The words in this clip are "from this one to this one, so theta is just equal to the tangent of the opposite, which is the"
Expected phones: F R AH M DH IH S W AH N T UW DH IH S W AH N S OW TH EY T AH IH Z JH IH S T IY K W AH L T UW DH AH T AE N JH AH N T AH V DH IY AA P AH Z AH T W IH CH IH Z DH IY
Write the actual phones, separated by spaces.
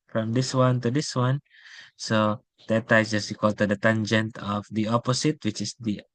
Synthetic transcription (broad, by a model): F R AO M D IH S W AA N T UW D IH S W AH N S OW T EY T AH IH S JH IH S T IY K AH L T UW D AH T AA N JH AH N T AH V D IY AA P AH S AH T W IH CH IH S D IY